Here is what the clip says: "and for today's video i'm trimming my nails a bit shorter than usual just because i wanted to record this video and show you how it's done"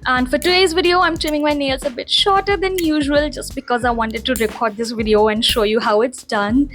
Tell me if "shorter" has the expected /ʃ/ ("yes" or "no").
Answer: yes